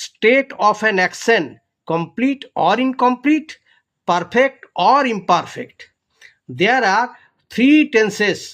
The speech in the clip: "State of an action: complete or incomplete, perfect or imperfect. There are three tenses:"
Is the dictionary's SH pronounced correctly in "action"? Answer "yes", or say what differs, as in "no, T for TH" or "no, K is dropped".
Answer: no, S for SH